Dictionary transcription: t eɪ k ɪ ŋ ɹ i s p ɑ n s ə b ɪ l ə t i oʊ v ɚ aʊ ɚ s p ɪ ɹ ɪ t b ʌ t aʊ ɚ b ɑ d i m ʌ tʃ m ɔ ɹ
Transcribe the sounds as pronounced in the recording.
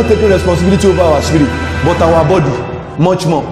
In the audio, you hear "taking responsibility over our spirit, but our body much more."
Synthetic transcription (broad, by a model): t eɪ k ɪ ɹ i s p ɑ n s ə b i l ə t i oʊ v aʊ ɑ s i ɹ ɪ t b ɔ t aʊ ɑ b ɑ d i m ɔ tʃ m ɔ